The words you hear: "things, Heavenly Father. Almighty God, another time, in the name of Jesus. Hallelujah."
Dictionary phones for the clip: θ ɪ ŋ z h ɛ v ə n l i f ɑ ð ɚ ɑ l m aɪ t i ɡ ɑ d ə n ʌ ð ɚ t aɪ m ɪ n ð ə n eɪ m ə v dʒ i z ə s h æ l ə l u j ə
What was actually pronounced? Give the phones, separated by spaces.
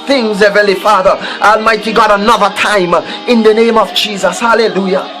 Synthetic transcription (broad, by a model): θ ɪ ŋ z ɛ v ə l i f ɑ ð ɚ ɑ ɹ m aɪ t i ɡ ɑ d ə n ʌ ð ɚ t aɪ m ɪ n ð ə n eɪ m ə v dʒ i z ə s h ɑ l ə l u j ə